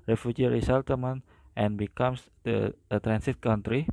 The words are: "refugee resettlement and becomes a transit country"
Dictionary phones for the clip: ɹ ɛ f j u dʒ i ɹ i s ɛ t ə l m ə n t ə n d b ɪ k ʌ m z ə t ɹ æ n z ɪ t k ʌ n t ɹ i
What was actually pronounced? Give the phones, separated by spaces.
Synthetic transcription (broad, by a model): ɹ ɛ f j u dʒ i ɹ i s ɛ t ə m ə n t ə n b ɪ k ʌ m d ə t ɹ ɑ n s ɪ t k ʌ n t ɹ i